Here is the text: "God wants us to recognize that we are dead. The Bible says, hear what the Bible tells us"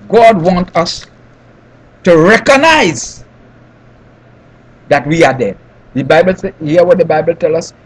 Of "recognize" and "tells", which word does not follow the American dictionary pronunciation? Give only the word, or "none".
tells